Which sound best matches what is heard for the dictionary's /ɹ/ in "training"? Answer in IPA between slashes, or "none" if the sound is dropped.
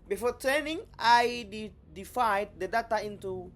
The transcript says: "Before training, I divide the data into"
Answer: none